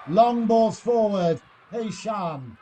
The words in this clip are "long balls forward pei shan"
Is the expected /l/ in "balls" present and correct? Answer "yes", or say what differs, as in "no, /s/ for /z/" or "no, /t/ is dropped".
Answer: no, /l/ is dropped